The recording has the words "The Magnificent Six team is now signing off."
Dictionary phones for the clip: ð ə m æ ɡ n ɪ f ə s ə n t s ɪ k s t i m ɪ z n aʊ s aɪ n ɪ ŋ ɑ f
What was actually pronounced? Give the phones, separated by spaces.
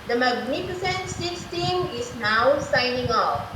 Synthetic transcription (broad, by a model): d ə m æ ɡ n ɪ f ə s ə n t s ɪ s t i m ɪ s n aʊ s aɪ n ɪ ŋ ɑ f